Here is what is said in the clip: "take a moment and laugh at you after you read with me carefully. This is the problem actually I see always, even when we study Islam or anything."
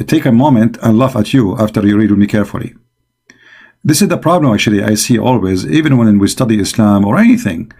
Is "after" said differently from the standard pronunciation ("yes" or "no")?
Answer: no